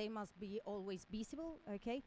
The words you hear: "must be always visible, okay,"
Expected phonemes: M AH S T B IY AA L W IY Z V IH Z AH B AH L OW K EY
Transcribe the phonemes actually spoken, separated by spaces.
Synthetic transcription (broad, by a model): M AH S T B IY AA L W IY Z B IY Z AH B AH L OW K EY